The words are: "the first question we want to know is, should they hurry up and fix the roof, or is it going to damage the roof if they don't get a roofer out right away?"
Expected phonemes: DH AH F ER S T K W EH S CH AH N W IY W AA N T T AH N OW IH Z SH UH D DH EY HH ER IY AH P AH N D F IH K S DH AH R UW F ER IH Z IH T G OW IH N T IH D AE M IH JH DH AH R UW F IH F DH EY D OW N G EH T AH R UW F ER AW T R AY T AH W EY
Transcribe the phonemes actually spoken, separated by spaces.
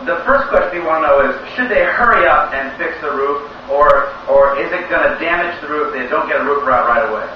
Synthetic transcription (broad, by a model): DH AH F ER S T K W EH S CH AH N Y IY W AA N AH N OW IH Z SH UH D DH EY HH ER IY AH P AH N F IH K S DH AH R UW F ER IH Z IH T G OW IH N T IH D AE M IH JH DH AH R UW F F DH EY D OW N G EH T AH R UW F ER AW T R AY T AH W EY